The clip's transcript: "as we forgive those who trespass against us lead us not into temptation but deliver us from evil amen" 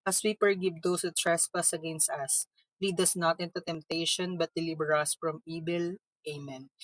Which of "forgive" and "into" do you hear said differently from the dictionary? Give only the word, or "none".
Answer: forgive